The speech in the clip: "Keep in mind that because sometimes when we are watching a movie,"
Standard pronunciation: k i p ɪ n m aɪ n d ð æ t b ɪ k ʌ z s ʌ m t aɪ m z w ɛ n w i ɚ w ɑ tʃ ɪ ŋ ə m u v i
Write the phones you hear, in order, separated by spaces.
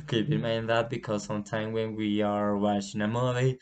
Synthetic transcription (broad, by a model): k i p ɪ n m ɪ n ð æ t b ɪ k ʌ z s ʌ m t aɪ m w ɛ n w i ɚ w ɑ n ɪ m ə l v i